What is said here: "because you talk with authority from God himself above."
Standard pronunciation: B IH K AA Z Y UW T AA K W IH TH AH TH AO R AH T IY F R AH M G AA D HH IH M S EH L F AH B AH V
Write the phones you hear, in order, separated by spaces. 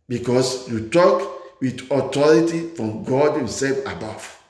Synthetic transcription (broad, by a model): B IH K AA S Y UW T AA K W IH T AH T AO R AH T IY F R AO M G AA D HH IH M S EH L F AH B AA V